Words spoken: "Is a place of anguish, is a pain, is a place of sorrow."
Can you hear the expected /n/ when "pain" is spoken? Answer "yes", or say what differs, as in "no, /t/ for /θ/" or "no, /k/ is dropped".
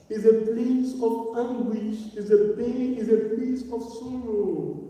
no, /n/ is dropped